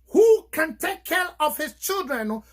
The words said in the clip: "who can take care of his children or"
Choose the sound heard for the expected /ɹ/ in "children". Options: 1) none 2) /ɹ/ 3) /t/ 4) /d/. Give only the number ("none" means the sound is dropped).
2